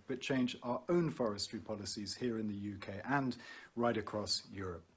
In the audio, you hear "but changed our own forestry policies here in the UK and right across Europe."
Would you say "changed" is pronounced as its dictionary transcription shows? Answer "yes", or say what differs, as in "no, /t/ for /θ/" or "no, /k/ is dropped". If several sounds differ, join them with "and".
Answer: no, /d/ is dropped